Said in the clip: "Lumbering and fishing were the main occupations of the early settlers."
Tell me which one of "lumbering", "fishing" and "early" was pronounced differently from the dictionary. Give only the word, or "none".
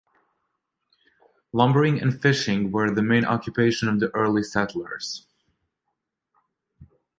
none